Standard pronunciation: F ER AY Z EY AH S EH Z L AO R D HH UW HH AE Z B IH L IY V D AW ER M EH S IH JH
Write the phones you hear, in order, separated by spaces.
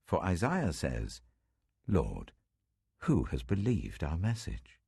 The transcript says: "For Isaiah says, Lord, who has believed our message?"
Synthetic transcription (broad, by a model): F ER AY Z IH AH S EH Z L AO R D HH UW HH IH Z B IH L IY V D AW ER M EH S IH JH